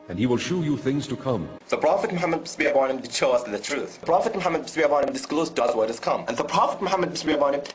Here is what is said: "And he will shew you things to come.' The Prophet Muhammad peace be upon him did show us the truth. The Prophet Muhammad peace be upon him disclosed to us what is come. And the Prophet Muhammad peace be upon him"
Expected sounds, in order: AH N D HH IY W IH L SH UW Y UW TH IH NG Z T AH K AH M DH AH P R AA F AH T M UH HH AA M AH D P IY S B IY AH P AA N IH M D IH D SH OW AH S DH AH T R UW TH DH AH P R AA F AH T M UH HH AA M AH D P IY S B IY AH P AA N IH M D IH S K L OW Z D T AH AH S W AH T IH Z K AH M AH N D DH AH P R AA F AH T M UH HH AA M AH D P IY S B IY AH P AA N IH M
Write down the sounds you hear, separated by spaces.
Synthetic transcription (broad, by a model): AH N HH IY W IH L SH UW Y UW TH IH NG Z T AH K AH M DH AH P R AA F AH T M UH HH AA M AH D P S B IY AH B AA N IH M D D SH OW AH S DH AH T R UW TH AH P R AA F AH T M UH HH AA M AH D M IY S B IY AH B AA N IH M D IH S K L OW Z D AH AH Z W AH T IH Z K AH M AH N DH AH P R AA F AH T M UH HH AA M AH D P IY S B IY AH B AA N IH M